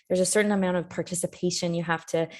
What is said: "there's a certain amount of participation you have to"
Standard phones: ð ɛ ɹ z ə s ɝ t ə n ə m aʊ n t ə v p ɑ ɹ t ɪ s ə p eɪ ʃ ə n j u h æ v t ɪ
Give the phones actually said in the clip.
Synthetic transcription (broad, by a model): ð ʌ ɹ z ə s ɝ t n ə m aʊ n t ə v p ɑ ɹ t ɪ s ə p eɪ ʃ ə n j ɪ h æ f t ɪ